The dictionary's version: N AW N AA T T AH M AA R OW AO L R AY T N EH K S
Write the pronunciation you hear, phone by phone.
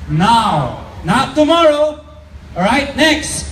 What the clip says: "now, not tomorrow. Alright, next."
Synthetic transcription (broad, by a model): N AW N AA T T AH M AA R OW AO R AY T N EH K S